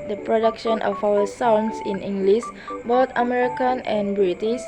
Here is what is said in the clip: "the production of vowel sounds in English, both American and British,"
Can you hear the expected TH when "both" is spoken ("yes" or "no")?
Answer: no